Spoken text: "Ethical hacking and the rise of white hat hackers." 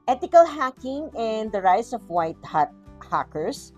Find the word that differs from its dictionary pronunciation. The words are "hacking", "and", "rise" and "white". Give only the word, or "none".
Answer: rise